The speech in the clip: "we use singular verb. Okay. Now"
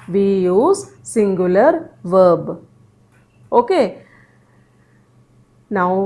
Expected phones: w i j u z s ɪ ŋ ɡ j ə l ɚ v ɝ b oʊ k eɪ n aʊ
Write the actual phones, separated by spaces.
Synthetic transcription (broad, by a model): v i j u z s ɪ ŋ ɡ j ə l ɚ v ɝ b oʊ k eɪ n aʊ